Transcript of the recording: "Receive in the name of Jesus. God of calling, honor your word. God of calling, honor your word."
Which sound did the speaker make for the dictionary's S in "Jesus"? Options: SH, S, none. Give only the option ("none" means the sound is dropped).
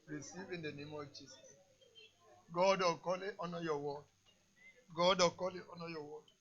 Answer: none